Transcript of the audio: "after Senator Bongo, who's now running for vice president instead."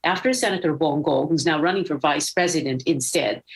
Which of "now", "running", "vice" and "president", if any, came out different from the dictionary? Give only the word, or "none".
none